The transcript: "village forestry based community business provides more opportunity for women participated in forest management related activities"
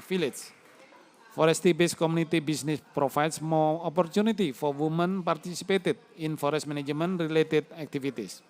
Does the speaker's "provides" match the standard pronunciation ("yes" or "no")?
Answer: no